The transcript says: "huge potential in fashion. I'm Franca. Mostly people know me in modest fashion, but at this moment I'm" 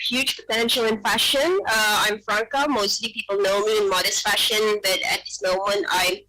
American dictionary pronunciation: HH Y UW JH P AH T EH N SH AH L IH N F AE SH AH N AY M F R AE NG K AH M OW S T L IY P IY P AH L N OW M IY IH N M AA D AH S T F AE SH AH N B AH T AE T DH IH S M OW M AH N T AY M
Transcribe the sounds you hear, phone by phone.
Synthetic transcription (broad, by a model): HH Y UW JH P AH T EH N SH AH L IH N F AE SH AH N AY M F R AE NG K AH M OW S T L IY P IY P L N OW M IY IH N M AA D AH S T F AE SH AH N B AH T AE T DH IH S M OW M AH N T AY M